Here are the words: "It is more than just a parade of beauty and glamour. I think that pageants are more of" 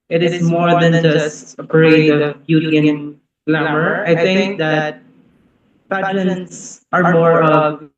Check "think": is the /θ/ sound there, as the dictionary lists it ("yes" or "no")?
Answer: no